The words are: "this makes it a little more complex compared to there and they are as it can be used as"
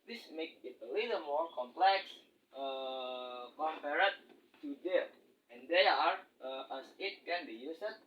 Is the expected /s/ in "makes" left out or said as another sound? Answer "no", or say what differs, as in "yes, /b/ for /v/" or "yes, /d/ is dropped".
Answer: yes, /s/ is dropped